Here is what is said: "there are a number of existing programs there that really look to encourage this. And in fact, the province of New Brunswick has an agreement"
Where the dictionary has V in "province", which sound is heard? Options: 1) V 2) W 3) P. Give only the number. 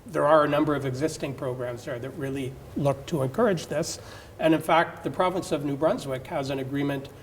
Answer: 1